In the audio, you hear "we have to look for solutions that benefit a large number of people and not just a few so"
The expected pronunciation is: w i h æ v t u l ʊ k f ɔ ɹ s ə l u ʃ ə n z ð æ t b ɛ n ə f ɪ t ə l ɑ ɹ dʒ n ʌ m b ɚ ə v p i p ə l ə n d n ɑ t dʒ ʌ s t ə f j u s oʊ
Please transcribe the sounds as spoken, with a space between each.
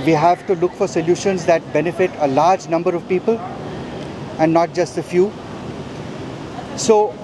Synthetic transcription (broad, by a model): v i h æ v t u l ʊ k f ɔ ɹ s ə l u ʃ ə n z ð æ t b ɛ n ə f ɪ t ə l ɑ ɹ dʒ n ʌ m b ɚ ə v p i p ə l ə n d n ɑ t dʒ ʌ s t ə f j u s oʊ